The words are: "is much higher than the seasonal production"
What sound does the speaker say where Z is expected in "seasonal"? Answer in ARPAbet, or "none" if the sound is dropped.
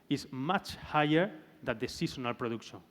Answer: S